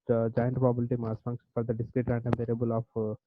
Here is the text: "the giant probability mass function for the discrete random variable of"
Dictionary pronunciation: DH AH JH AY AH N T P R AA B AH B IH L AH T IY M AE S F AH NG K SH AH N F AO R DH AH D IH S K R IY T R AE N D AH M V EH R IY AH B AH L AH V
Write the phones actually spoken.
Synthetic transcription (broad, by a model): JH AY AH N T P AA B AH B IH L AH T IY M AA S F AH NG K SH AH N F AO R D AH D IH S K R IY T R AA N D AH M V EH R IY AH B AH L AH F